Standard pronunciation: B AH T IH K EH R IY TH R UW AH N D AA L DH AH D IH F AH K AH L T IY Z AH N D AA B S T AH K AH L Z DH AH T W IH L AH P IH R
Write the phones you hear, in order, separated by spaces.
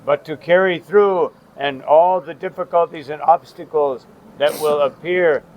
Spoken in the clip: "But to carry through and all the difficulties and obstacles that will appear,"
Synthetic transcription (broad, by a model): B AH T IH K EH R IY TH R UW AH N AA L DH AH D IH F AH K AH L T IY Z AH N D AA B S T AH K L Z DH AH T W IH L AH P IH R